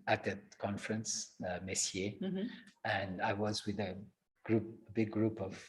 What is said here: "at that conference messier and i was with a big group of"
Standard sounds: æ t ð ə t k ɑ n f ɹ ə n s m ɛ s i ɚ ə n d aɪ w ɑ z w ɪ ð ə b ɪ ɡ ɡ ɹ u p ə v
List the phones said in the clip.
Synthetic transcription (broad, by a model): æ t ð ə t k ɑ n f ɹ ə n s m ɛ s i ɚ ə n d aɪ w ɑ z w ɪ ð ə b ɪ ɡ ɡ ɹ u p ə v